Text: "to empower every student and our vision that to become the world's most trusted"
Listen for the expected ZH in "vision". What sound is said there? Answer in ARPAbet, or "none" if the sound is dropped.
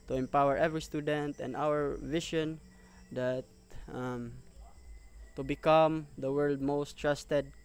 SH